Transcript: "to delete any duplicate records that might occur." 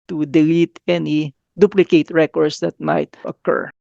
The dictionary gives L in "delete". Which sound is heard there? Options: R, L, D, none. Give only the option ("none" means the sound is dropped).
L